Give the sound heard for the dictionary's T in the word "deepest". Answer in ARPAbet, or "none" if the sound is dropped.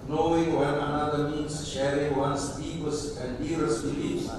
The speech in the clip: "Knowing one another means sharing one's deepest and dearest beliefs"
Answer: none